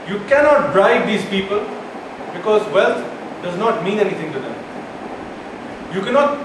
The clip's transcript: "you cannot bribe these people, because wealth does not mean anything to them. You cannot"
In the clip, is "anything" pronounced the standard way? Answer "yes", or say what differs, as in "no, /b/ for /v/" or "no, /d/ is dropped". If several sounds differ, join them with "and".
no, /t/ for /θ/